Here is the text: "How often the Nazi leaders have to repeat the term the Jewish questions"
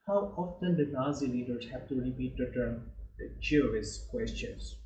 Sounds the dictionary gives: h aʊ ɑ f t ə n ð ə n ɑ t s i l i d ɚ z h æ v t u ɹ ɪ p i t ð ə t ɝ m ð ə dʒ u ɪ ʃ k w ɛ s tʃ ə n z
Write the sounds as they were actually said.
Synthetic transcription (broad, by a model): h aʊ ɑ f t ə n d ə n ɑ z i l i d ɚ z h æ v t u ɹ ɪ p i t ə t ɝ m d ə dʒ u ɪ s k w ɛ s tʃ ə n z